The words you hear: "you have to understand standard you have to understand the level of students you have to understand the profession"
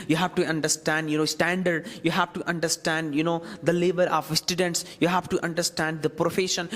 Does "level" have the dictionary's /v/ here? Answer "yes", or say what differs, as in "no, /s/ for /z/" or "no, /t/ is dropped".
no, /b/ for /v/